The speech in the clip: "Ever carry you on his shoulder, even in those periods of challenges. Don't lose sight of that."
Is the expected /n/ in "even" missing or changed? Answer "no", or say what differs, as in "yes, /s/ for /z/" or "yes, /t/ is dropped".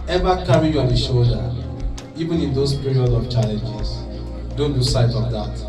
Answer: no